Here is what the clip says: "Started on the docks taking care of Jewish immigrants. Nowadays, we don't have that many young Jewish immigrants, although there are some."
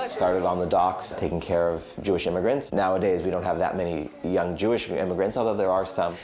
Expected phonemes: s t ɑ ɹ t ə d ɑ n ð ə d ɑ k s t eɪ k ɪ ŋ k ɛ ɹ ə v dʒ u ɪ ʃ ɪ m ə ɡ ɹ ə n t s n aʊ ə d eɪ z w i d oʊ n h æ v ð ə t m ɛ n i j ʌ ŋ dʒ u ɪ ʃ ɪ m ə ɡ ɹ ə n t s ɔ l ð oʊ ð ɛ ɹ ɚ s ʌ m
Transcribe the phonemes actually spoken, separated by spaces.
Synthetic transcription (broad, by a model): s t ɑ ɹ t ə d n ð ə d ɑ k s t eɪ k ɪ ŋ k ɛ ɹ ə v dʒ u ɪ ʃ ɪ m ə ɡ ɹ ə n t s n aʊ ə d eɪ z w i d oʊ n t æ v ð ə t m ɛ n i j ʌ ŋ dʒ u ɪ ʃ ɪ m ə ɡ ɹ ə n t s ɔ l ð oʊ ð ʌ ɹ ɚ s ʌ m